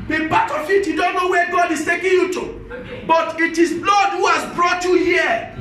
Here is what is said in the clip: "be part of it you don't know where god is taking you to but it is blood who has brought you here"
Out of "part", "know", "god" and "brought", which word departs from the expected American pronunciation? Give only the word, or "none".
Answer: part